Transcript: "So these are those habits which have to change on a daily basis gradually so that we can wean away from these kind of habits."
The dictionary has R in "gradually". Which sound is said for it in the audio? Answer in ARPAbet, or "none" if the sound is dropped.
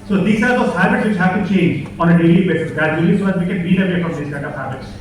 none